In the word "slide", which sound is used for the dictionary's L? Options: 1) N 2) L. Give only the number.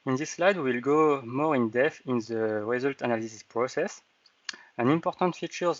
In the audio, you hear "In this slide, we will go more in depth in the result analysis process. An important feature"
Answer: 2